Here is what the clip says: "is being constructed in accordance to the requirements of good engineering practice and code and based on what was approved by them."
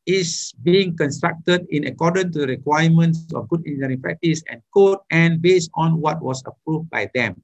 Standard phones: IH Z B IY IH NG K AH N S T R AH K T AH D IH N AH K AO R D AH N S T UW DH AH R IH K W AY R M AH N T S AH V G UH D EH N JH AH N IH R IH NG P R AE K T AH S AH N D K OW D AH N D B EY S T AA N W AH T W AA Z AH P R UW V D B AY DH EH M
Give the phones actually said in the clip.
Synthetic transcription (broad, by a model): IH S B IY IH NG K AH N S T R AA K T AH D IH N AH K AO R D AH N T UW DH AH R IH K W AY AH M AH N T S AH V G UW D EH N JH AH R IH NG P R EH K T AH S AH N K OW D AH N B EY S T AA N W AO T W AA S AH P R UW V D B AY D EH M